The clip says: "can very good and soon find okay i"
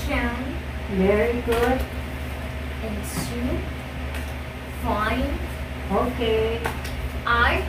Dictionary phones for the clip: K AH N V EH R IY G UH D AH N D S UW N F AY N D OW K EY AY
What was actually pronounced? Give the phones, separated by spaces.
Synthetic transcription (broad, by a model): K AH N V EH R IY G UH D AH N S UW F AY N OW K EY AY